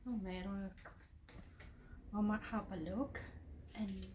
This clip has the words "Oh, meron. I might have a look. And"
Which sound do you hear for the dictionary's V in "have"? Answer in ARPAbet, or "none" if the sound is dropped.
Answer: P